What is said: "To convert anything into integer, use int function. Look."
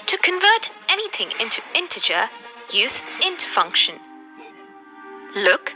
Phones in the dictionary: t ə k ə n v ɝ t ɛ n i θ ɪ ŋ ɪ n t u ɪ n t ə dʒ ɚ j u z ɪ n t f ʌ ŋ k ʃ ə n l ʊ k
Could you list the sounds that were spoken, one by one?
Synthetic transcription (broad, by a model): t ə k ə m v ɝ t ɛ n i θ ɪ ŋ ɪ n t u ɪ n t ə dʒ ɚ j u z ɪ n t f ʌ ŋ k ʃ ə n l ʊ k